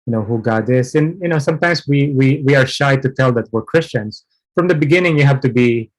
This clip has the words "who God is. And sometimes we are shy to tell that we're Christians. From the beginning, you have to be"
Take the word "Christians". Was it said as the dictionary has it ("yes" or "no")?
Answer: no